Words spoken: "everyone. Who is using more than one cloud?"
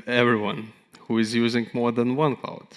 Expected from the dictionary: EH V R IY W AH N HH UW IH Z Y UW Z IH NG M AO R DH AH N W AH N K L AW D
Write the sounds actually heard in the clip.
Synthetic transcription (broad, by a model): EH V R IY W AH N HH UW IH Z Y UW Z IH NG M AO R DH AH N W AH N K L AW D